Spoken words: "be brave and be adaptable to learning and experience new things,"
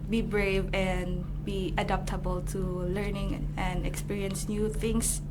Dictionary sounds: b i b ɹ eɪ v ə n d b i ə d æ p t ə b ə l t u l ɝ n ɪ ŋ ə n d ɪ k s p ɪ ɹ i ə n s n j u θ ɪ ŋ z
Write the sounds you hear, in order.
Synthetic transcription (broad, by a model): b i b ɹ eɪ v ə n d b i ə d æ p t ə b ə l t u l ɝ n ɪ ŋ ə n d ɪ k s p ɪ ɹ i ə n s n j u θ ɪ ŋ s